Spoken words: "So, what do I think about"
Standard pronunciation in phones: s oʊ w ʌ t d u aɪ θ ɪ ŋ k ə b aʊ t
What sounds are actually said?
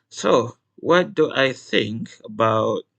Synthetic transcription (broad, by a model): s oʊ w ʌ t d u aɪ θ ɪ ŋ k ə b aʊ t